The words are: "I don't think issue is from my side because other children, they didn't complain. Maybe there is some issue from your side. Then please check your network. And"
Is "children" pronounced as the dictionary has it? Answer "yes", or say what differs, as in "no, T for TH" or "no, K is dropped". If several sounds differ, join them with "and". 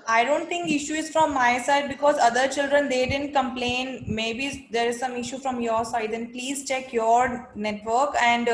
yes